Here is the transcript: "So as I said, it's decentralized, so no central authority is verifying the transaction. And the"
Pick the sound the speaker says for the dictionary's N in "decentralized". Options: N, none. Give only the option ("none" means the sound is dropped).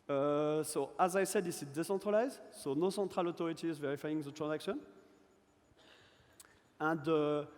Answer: none